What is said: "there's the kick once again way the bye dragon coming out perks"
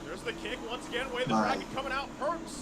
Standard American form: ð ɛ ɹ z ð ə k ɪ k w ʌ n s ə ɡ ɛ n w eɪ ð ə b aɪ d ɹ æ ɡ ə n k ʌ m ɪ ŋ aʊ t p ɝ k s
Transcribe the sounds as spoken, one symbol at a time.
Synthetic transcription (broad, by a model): ð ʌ ɹ z ð ə k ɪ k w ʌ n s ə ɡ ɛ n w eɪ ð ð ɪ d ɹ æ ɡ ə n k ʌ m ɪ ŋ aʊ t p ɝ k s